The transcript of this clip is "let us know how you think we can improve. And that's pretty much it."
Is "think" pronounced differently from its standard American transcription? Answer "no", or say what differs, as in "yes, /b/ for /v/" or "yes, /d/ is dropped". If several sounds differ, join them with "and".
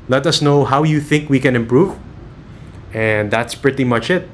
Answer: no